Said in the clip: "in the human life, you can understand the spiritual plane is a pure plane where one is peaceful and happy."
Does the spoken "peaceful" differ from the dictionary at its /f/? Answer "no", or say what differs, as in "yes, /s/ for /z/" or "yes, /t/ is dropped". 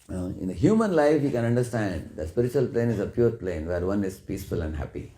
no